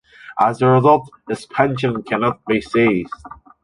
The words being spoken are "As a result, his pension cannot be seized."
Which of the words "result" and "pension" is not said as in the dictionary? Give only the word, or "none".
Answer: none